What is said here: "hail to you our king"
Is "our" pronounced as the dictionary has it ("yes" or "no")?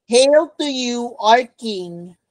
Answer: yes